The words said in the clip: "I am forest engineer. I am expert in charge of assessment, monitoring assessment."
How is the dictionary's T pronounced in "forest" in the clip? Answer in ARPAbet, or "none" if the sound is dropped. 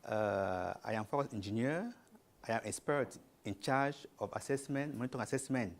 none